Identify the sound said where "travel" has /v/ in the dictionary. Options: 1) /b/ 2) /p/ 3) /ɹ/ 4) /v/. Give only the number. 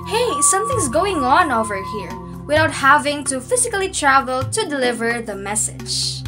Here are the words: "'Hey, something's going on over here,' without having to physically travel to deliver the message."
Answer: 4